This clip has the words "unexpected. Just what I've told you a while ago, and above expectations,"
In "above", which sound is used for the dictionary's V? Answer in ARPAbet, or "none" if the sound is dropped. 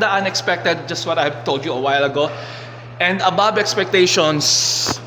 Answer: B